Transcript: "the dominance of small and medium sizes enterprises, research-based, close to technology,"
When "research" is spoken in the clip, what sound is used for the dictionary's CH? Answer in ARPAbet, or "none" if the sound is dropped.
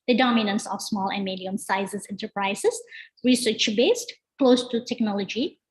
CH